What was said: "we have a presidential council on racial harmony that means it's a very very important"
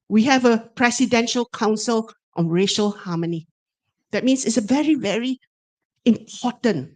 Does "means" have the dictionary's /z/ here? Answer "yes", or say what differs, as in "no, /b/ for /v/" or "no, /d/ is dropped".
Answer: no, /s/ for /z/